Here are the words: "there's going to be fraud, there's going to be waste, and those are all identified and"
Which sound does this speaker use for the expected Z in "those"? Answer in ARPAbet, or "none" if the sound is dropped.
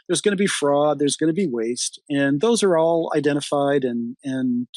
Z